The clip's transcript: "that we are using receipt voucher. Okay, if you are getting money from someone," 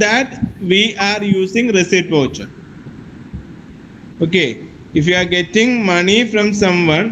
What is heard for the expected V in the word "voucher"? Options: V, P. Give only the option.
P